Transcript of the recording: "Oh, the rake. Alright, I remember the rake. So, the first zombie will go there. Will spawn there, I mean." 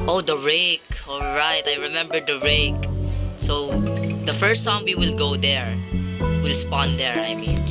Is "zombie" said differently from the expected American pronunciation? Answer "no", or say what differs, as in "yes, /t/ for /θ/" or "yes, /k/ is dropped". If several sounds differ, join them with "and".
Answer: yes, /s/ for /z/